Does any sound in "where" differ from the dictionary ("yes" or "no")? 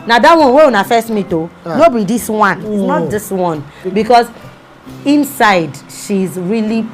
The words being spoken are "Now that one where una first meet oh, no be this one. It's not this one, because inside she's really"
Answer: yes